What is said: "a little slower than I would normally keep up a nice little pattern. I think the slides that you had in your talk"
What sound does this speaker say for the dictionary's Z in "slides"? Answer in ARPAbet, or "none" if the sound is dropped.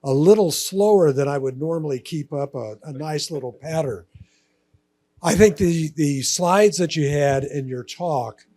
Z